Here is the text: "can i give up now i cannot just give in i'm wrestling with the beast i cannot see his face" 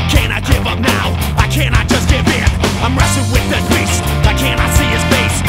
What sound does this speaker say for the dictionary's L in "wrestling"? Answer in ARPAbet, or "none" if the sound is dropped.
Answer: none